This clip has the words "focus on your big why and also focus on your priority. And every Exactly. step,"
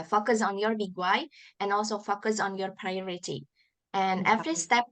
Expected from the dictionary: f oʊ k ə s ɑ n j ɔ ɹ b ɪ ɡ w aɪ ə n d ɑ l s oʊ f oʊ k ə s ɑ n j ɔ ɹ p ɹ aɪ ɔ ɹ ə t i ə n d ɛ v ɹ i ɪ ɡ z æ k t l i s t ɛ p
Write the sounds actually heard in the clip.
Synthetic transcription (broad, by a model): f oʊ k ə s ɑ n j ɔ ɹ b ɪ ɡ w aɪ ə n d ɑ l s oʊ f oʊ k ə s ɑ n j ɔ ɹ p ɹ aɪ ɔ ɹ ə t i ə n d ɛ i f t i s t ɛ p